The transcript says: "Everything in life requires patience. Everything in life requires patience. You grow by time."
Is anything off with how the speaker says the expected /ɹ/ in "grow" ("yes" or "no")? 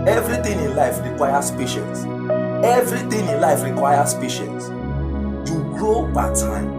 no